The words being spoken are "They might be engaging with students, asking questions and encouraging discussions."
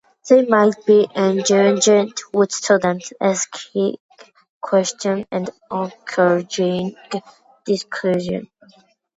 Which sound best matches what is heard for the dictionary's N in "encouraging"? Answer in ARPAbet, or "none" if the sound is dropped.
none